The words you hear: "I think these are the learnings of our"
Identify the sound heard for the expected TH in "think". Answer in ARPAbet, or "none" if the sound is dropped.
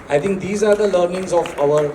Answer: T